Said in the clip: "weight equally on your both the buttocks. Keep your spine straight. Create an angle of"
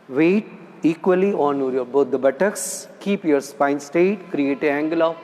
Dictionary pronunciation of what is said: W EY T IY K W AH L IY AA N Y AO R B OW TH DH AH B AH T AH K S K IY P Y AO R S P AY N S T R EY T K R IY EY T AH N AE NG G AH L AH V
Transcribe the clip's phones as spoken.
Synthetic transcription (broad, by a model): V EY T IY K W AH L IY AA N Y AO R B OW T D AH B AH T AH K S K IY P Y AO R S P AY N S T EY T K R IY EY T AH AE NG G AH L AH